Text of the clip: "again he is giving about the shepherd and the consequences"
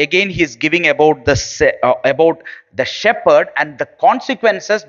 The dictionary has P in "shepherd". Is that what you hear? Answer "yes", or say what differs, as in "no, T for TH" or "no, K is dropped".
yes